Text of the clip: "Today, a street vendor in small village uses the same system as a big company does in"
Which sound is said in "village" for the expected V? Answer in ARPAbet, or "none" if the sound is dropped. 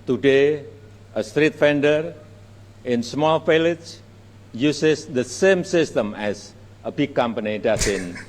F